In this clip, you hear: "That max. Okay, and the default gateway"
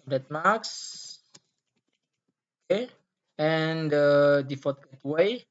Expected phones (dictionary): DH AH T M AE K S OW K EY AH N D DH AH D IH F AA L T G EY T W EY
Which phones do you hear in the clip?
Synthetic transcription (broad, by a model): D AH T M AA K S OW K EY AH N D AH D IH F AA T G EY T W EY